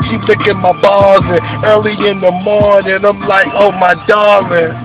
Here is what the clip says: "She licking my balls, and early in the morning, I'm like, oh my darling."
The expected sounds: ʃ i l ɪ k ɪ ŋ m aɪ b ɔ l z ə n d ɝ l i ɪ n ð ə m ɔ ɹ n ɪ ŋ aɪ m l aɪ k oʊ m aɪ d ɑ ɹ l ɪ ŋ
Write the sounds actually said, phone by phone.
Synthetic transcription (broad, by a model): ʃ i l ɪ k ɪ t m aɪ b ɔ z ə ɝ l i ɪ n ð ə m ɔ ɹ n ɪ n aɪ m l aɪ k oʊ m aɪ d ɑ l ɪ